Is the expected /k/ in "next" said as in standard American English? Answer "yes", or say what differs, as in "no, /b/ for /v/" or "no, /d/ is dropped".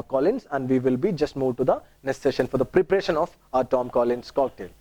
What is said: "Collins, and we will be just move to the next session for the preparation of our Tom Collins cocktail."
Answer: no, /k/ is dropped